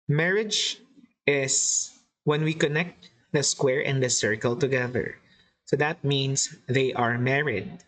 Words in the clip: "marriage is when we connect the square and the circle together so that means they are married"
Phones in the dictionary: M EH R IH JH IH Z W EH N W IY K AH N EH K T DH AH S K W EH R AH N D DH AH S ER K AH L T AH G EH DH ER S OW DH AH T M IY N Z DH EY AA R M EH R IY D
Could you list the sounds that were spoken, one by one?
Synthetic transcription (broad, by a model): M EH R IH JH IH S W EH N W IY K AH N EH K T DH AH S K W EH R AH N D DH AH S ER K AH L T AH G EH DH ER S OW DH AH T M IY N S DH EY AA R M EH R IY D